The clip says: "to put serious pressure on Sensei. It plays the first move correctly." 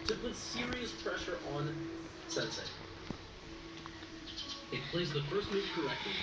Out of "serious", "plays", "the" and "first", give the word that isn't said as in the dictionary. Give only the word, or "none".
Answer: none